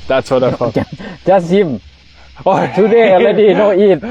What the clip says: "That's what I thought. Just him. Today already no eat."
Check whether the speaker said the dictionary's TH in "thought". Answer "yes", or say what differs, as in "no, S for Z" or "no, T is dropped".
no, F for TH